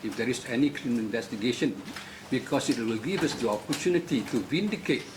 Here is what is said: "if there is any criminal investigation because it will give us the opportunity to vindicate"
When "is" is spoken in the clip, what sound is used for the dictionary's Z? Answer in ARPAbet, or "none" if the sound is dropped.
S